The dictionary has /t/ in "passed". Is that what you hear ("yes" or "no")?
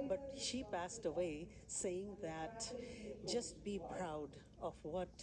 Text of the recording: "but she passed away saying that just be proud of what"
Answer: yes